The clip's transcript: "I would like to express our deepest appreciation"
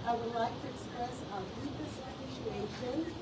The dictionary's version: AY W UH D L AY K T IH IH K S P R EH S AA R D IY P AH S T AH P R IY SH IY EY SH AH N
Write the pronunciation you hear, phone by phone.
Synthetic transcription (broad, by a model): AY W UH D L AY K T IH IH K S P R EH S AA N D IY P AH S AH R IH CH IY EY SH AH N